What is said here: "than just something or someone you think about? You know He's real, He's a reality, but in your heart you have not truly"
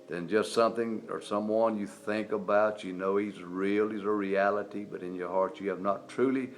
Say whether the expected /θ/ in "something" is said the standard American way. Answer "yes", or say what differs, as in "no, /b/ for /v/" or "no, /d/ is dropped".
yes